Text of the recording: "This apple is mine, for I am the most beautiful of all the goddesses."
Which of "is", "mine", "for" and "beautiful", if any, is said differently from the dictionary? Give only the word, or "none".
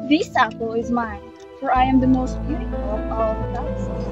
none